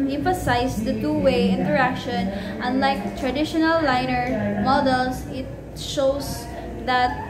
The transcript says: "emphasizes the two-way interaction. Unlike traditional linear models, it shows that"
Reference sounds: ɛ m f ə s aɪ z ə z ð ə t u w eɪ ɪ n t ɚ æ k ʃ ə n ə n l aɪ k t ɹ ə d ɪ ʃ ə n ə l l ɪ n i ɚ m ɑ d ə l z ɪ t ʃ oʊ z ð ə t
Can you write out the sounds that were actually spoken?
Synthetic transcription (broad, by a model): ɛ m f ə s aɪ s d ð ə t u w eɪ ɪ n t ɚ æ k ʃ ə n ə n l aɪ k t ɹ ə d ɪ ʃ ə n ə l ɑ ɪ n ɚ m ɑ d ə l s ɪ t ʃ oʊ s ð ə t